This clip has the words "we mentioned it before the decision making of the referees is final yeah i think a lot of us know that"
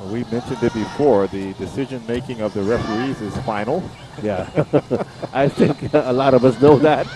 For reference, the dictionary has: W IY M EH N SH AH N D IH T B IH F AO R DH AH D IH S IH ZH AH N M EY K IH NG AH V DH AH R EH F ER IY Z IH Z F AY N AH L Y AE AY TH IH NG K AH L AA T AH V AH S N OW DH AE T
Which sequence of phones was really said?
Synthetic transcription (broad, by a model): W IY M EH N SH AH N D IH T B IH F AO R DH AH D IH S IH ZH AH N M EY K IH NG AH V DH AH R EH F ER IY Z IH Z F AY N L Y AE AY TH IH NG K AH L AA T AH V AH S N OW DH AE T